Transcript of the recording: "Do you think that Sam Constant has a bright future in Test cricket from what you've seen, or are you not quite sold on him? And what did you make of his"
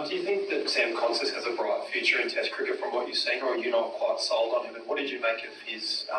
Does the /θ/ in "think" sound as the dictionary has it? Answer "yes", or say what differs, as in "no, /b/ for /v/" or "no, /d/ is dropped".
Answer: yes